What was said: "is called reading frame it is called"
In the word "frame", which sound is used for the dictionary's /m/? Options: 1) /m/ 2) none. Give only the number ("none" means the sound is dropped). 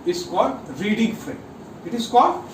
2